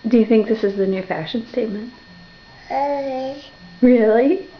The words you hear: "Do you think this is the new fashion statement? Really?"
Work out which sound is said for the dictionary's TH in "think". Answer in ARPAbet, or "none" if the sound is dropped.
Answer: TH